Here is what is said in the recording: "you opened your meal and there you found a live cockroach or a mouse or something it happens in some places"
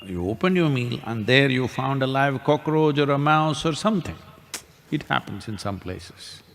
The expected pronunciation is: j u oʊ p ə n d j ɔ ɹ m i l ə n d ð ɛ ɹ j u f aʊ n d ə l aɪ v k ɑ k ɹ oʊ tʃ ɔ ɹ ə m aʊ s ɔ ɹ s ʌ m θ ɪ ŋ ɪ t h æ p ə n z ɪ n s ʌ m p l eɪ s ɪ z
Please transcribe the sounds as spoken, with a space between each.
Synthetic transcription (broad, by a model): j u oʊ p ə n d j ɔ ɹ m i l ə n d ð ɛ ɹ j u f aʊ n d ə l aɪ v k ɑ k ɹ oʊ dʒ ɔ ɹ ə m aʊ s ɔ ɹ s ʌ m t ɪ ŋ ɪ t h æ p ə n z ɪ n s ʌ m p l eɪ s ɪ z